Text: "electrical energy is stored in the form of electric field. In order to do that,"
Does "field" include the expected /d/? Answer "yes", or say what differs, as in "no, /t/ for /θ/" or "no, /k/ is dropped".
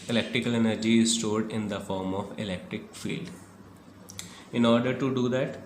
yes